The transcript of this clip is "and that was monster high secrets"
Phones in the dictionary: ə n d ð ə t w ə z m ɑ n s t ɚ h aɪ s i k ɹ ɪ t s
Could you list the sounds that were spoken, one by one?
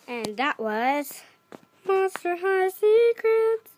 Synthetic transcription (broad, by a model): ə n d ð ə t w ə z m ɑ s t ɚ h aɪ s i k ɹ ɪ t